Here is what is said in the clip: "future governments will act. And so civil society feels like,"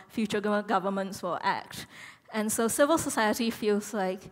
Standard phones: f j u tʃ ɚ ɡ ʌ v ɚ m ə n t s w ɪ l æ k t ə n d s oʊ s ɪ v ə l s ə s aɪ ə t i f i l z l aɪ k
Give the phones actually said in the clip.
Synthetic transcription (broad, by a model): f j u tʃ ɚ ɡ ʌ v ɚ m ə n t s w ɪ l æ k t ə n s oʊ s ɪ v ə l s ə s aɪ ə t i f i l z l aɪ k